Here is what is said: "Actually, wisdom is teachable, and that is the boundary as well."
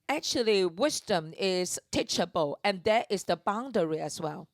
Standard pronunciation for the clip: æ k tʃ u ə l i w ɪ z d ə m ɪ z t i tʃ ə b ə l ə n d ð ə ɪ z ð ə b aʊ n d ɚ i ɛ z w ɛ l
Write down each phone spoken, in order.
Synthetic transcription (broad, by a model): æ k tʃ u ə l i w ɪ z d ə m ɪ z t i tʃ ə b ə l ə n d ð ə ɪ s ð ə b aʊ n d ɚ i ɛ s w ɛ l